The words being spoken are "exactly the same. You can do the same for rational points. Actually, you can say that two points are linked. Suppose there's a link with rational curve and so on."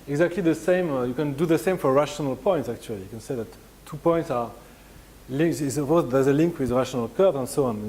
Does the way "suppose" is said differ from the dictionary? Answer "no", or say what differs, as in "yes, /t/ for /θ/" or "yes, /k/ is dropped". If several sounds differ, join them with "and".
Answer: yes, /p/ is dropped